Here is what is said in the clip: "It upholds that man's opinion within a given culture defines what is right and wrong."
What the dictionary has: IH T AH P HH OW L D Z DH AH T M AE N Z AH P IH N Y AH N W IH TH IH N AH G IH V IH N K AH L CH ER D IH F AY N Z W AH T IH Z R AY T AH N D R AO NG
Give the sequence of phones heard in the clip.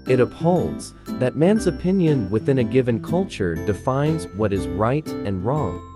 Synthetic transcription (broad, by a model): IH T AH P HH OW L D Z DH AH T M AE N Z AH P IH N Y AH N W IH TH IH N AH G IH V IH N K AH L CH ER D IH F AY N Z W AH T IH Z R AY T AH N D R AO NG